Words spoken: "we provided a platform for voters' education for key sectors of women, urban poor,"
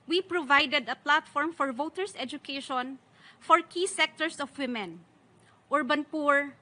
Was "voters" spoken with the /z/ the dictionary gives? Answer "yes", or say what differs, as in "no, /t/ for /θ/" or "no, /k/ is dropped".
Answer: no, /s/ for /z/